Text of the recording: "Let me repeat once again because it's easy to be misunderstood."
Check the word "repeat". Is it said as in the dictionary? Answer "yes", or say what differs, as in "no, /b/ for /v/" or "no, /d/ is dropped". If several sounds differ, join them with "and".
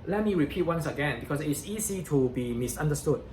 yes